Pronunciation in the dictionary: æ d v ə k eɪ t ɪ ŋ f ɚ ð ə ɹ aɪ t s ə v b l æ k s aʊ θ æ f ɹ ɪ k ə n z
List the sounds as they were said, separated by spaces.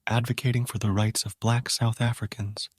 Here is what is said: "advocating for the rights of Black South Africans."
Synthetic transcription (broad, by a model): æ d v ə k eɪ t ɪ ŋ f ɚ ð ə ɹ aɪ t s ə v b l æ k s aʊ θ æ f ɹ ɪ k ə n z